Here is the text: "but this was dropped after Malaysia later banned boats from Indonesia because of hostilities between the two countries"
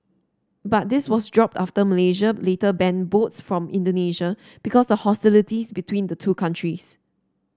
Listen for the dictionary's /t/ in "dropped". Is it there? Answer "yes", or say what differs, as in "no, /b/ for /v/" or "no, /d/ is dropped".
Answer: yes